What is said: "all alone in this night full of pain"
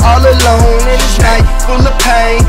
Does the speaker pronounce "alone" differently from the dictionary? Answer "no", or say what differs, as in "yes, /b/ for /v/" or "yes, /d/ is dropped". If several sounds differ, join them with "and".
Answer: no